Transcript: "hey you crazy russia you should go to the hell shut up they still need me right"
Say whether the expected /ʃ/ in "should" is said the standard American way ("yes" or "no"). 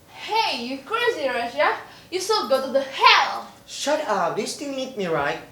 no